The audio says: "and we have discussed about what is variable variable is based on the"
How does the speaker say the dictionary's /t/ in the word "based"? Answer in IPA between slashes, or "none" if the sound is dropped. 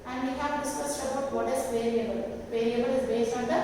none